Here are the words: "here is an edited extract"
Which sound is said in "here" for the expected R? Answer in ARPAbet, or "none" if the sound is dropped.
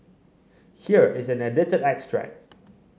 R